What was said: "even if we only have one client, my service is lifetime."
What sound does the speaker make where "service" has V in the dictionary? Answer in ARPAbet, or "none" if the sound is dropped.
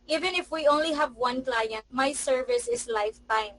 V